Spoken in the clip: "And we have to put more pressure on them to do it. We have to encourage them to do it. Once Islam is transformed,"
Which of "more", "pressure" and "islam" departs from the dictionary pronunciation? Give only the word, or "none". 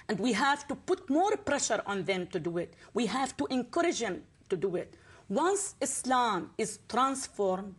none